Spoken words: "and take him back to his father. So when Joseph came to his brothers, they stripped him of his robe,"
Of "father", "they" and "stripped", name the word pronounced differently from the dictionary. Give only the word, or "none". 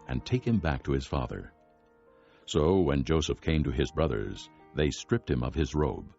none